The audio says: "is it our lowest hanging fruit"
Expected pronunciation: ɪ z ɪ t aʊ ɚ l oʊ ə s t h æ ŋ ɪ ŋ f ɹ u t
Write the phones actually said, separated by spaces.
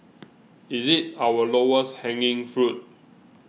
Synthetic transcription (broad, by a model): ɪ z ɪ t aʊ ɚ l oʊ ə s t h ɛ ŋ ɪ ŋ f ɹ u t